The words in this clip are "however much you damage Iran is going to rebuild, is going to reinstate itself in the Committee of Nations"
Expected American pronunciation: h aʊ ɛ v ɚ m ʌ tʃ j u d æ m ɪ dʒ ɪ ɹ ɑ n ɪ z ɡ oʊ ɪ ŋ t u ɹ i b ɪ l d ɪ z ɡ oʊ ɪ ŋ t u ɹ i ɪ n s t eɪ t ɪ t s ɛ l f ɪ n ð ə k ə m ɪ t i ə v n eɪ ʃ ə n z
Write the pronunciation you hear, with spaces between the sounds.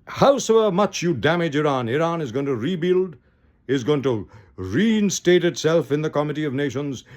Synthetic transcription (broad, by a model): h aʊ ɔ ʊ m ʌ tʃ j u d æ m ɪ dʒ ɪ ɹ ɑ n ɪ z ɡ oʊ ɪ ŋ t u ɹ i b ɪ l d ɪ z ɡ oʊ ɪ ŋ t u ɹ i ɪ n s t eɪ t ɪ t s ɛ l f ɪ n ð ə k ə m ɪ t i ə v n eɪ ʃ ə n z